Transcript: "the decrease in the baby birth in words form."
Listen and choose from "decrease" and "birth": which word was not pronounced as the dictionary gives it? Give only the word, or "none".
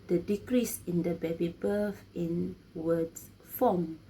birth